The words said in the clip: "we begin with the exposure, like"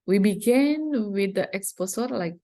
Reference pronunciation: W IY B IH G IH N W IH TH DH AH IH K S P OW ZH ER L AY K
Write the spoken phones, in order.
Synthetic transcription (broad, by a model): W IY B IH G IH N W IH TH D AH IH K S P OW S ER L AY K